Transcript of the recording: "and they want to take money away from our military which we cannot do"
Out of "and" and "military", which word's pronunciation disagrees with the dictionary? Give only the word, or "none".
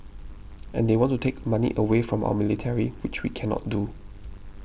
none